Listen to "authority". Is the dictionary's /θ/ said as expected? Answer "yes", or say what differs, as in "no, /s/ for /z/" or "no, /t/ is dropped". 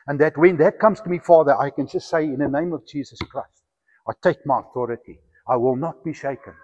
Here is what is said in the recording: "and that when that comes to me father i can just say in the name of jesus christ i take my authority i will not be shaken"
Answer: yes